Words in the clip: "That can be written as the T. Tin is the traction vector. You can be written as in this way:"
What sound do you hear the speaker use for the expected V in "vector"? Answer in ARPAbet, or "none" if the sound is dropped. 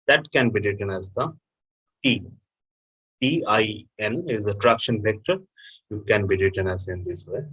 P